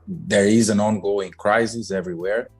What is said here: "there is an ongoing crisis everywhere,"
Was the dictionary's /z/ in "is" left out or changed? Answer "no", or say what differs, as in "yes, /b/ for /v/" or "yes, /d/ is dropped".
no